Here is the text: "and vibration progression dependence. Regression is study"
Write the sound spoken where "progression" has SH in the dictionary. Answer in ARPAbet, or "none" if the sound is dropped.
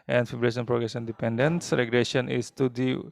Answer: S